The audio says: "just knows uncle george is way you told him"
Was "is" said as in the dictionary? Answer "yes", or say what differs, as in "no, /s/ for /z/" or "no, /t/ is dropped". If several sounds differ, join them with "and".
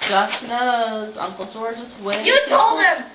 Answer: no, /s/ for /z/